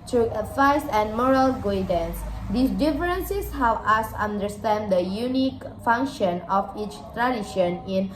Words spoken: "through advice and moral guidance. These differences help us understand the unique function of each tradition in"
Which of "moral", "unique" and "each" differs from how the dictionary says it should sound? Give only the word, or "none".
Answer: none